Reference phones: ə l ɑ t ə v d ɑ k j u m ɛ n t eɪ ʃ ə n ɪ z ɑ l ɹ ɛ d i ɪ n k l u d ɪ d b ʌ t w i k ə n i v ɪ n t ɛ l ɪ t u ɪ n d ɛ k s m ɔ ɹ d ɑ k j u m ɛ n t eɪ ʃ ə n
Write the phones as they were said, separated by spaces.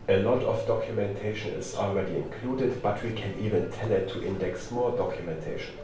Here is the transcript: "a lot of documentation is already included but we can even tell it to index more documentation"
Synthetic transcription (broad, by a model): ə l ɑ t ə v d ɑ k j u m ɛ n t eɪ ʃ ə n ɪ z ɑ l ɹ ɛ d i ɪ n k l u d ɪ d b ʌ t w i k ə n i v ɪ n t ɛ n ɪ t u ɪ n d ɛ k s m ɔ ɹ d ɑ k j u m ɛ n t eɪ ʃ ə n